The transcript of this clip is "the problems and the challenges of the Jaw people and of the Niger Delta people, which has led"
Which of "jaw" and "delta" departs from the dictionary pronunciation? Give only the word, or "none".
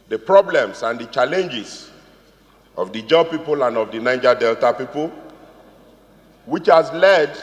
none